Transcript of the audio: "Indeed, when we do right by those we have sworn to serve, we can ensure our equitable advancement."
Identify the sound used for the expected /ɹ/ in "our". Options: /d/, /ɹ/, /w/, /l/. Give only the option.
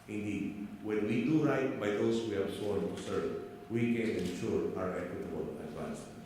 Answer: /ɹ/